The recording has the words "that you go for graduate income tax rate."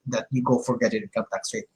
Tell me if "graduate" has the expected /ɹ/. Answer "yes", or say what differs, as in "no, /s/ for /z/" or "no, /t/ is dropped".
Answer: no, /ɹ/ is dropped